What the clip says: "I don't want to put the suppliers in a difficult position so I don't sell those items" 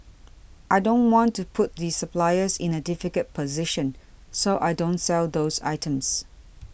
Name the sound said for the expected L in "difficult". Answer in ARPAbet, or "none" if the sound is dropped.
none